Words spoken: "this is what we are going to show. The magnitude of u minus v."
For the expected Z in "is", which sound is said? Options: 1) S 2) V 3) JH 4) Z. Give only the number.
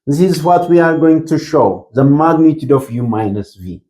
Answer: 4